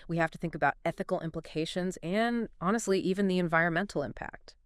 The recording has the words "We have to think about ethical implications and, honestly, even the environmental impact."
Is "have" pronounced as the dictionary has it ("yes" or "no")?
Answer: no